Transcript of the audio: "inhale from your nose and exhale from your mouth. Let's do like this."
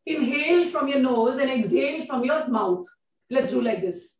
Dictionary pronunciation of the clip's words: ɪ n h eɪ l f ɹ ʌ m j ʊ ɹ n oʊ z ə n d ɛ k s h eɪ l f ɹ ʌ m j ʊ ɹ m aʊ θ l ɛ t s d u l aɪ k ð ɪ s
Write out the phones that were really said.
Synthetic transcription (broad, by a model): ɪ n h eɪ l f ɹ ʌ m j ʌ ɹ n oʊ z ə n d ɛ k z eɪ l f ɹ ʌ m j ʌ ɹ m aʊ t l ɛ t s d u l aɪ k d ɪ s